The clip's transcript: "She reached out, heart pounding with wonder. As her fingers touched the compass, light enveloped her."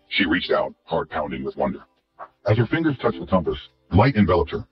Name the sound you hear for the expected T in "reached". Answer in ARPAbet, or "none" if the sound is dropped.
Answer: T